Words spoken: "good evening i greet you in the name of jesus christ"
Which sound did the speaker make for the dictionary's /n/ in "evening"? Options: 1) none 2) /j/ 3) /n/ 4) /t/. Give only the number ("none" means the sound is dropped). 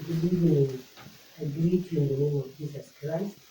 1